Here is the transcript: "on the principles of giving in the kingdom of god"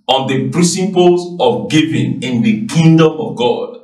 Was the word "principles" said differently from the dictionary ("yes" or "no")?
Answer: yes